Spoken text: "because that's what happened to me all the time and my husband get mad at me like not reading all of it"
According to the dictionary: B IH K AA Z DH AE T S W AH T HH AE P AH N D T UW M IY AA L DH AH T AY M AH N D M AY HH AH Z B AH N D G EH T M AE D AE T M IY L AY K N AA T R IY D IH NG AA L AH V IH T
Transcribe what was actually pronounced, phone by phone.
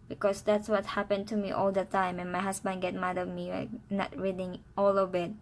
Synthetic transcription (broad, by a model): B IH K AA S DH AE T S W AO T HH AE P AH N T UW M IY AA L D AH T AY M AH N M AY HH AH S B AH N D G EH T M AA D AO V M IY W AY N AA T R IY D IH NG AA L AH B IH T